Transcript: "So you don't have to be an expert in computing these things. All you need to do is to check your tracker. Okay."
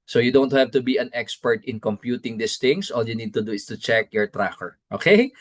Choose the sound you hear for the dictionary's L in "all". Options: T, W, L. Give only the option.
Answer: L